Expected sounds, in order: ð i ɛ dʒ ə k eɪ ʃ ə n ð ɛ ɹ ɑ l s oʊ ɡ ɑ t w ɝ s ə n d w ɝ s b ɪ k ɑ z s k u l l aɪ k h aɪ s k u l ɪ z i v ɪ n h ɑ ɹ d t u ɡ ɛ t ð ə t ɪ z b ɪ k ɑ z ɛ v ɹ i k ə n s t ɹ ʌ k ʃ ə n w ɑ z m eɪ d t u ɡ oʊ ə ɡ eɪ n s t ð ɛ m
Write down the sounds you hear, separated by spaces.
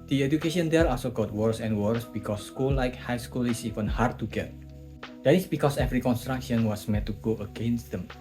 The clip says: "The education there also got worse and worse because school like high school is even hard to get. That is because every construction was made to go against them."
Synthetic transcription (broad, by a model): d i ɛ dʒ ə k eɪ ʃ ə n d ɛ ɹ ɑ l s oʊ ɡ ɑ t w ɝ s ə n w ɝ s b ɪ k ɑ s k u l l aɪ k h aɪ s k u l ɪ s i v ɪ n h ɑ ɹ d t u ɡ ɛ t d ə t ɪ s b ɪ k ɑ s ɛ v ɹ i k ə n s t ɹ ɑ k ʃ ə n w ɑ s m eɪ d t u ɡ oʊ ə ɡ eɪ n s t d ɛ m